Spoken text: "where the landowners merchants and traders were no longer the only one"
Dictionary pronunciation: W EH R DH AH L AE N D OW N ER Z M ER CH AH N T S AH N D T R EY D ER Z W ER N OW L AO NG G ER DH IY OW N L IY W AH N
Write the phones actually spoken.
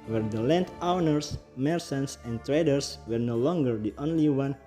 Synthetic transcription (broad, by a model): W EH R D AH L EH N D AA N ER S M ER S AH N S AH N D T R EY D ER S W ER N OW L AO NG G ER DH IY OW N L IY W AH N